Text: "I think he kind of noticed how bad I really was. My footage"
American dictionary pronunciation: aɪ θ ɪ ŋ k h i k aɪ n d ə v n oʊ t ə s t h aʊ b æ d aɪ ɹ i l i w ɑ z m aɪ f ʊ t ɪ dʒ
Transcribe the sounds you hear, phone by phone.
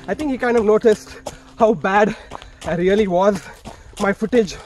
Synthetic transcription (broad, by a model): aɪ t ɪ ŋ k h i k aɪ n d ə v n oʊ t ə s t h aʊ b æ d aɪ ɹ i l i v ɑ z m aɪ f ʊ t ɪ dʒ